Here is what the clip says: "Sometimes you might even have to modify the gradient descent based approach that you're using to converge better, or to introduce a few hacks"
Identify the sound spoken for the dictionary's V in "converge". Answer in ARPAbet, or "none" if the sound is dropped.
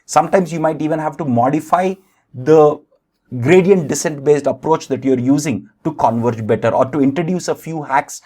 V